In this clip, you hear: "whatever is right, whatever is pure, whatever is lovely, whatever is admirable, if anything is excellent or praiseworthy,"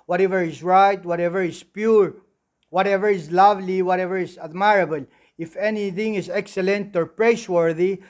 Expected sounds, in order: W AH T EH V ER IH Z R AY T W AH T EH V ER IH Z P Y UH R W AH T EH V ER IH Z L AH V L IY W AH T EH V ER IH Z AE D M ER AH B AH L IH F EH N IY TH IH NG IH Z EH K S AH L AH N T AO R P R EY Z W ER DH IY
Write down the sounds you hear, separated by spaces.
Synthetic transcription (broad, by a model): W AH T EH V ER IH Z R AY T W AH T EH V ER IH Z P Y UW R W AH T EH V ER IH Z L AH V L IY W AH T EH V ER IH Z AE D M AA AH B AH L IH F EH N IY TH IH NG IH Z EH K S AH L AH N T AO R P R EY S W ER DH IY